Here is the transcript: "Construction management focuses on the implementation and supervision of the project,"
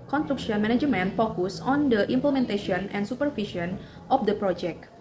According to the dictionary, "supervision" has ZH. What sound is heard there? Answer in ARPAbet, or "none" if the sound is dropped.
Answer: SH